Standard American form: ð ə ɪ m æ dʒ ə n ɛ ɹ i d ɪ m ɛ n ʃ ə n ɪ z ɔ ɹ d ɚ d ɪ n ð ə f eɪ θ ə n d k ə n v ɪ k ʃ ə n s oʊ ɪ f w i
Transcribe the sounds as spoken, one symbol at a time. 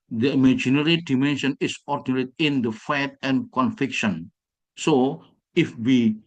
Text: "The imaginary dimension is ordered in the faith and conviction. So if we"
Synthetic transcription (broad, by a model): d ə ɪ m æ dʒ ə n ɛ ɹ i d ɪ m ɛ n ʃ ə n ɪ s ɔ ɹ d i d ɪ n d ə f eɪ t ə n k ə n f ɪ k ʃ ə n s oʊ ɪ f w i